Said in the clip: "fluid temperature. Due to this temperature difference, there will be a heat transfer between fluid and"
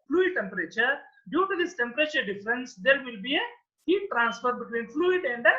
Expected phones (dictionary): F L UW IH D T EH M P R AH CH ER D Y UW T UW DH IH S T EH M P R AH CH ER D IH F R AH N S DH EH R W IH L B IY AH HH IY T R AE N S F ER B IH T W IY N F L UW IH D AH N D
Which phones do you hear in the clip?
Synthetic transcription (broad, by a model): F L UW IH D T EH M P R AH CH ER D Y UW T UW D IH S T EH M P R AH CH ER D IH F R AH N S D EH R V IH L B IY AH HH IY T R AE N S F ER B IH T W IY N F L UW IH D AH N D